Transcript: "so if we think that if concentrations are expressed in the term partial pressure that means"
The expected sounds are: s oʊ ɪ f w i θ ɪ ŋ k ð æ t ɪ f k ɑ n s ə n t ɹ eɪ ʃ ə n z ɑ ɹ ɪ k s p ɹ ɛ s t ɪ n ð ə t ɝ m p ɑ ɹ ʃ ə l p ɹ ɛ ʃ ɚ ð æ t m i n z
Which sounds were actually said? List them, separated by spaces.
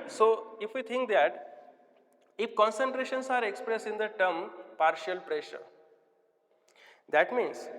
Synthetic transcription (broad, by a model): s oʊ ɪ f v i t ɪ ŋ k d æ t ɪ f k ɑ n s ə n t ɹ eɪ ʃ ə n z ɑ ɹ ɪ k s p ɹ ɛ s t ɪ n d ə t ɝ m p ɑ ɹ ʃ ə l p ɹ ɛ ʃ ɚ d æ t m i n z